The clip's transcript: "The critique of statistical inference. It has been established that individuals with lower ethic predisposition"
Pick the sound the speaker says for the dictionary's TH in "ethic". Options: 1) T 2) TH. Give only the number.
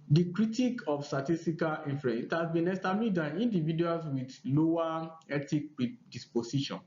1